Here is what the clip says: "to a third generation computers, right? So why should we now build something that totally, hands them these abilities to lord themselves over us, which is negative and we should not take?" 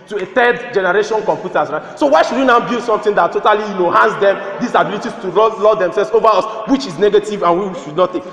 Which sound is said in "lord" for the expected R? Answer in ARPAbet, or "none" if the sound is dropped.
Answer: L